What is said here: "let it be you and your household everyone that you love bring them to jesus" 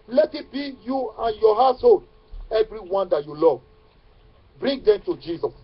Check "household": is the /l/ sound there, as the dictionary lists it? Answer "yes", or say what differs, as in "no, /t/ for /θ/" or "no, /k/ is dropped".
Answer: no, /l/ is dropped